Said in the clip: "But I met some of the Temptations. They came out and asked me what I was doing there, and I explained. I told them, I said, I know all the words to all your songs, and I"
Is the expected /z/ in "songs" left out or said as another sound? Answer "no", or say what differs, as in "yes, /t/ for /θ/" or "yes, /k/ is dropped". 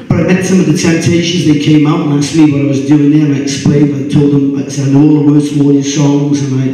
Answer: no